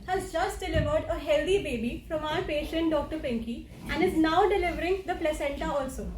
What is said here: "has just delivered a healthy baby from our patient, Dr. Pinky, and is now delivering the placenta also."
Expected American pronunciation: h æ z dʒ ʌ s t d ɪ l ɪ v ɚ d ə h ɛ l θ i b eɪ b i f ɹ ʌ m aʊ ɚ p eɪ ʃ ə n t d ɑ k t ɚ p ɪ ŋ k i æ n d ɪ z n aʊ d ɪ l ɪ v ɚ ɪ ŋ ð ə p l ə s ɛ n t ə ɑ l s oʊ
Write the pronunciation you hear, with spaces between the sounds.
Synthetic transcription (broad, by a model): h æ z dʒ ʌ s t d ɪ l ɪ v ɚ d ə h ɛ l t i b eɪ b i f ɹ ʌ m aʊ ɚ p eɪ ʃ ə n t d ɑ k t ɚ p ɪ ŋ k i æ n d ɪ z n aʊ d ɪ l ɪ v ɚ ɪ ŋ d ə p l ə s ɛ n t ə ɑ l s oʊ